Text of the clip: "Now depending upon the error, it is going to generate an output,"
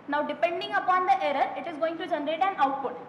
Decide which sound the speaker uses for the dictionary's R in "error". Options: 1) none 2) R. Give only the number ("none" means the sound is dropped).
2